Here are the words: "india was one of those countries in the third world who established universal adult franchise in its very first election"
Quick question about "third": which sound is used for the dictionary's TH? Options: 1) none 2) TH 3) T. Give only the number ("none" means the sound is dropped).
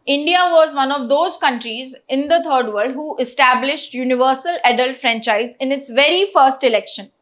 3